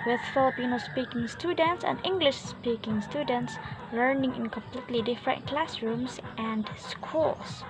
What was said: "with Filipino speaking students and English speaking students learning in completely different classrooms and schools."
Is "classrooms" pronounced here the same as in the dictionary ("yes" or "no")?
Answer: no